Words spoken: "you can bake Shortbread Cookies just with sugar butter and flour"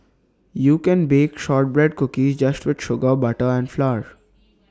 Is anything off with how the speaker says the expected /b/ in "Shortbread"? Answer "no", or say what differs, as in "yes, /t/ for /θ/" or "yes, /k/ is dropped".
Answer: no